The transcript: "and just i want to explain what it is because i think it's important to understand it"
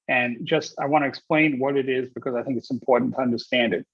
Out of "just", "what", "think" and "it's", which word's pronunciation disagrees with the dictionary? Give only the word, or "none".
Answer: none